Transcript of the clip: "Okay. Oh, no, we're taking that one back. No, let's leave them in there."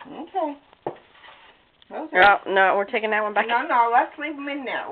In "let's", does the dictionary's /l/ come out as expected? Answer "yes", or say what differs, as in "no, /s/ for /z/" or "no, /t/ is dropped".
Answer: no, /n/ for /l/